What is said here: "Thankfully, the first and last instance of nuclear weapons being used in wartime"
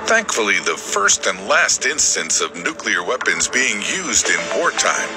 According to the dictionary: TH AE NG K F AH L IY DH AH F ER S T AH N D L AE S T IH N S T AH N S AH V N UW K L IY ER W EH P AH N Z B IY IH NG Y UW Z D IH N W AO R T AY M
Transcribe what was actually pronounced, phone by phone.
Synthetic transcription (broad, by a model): TH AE NG K F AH L IY DH AH F ER S T AH N D L AE S T IH N S T AH N S AH V N UW K L IY ER W EH P AH N Z B IY IH NG Y UW Z D IH N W AO R T AY M